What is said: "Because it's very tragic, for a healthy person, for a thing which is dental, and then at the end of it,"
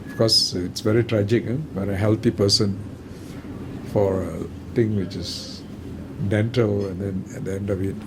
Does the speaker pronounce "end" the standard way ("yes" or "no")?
yes